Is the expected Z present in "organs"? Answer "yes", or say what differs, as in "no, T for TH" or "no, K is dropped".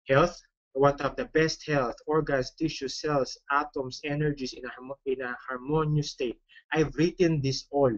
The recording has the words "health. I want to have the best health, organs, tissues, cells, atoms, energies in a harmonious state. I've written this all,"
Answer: no, S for Z